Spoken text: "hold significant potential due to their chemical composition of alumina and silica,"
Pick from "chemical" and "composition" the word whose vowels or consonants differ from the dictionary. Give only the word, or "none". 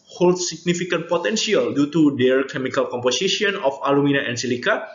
composition